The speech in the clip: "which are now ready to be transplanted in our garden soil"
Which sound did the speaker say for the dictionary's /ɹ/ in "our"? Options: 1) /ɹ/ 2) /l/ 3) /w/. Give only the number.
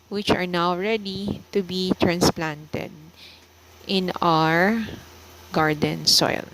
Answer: 1